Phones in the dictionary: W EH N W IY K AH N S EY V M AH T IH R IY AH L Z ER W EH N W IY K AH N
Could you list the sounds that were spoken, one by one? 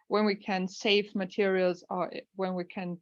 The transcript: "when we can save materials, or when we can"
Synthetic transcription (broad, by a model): W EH N W IY K AH N S EY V M AH T IH R IY AH L Z ER W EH N W IY K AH N